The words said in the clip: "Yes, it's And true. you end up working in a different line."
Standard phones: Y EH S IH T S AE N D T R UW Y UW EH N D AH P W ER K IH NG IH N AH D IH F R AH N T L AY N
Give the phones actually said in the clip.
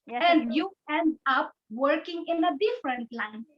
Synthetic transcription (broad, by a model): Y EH N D Y UW EH N D AH P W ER K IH NG IH N AH D IH F R AH N T L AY N